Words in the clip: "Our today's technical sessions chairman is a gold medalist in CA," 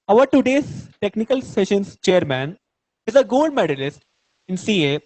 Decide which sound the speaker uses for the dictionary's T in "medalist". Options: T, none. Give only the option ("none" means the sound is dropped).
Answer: T